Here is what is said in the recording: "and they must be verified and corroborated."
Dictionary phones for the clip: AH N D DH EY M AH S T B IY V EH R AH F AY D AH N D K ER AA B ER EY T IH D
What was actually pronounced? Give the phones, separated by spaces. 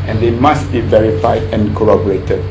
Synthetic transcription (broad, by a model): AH N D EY M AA S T B IY V EH R AH F AY D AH N K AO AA B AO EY T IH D